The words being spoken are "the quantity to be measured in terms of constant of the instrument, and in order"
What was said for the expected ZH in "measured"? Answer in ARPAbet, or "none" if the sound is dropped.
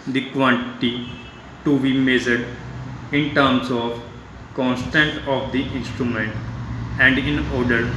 Z